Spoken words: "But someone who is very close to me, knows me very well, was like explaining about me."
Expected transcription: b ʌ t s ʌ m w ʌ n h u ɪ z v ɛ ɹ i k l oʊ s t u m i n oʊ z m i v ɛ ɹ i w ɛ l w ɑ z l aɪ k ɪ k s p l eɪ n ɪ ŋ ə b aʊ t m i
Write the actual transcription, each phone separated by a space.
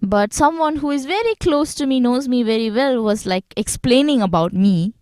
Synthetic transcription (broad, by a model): b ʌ t s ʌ m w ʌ n h u ɪ z v ɛ ɹ i k l oʊ s t u m i n oʊ z m i v ɛ ɹ i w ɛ l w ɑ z l aɪ k ɪ k s p l eɪ n ɪ ŋ ə b aʊ t m i